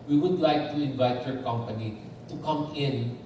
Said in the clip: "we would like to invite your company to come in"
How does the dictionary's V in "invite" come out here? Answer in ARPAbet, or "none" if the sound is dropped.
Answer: V